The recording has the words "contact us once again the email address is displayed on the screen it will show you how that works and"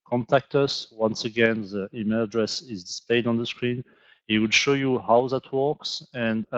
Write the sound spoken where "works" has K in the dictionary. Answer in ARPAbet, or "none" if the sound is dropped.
K